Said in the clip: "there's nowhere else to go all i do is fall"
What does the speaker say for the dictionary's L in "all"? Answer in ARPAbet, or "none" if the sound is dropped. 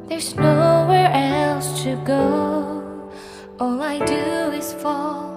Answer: L